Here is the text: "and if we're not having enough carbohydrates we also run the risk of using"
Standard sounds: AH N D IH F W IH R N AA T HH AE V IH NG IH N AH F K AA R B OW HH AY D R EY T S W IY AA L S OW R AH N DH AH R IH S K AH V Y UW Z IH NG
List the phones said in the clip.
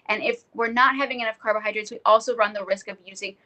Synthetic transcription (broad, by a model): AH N IH F W IH R N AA T HH AE V IH NG IH N AH F K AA R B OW HH AY D R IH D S W IY AA L S OW R AH N DH AH R IH S K AH V Y UW Z IH NG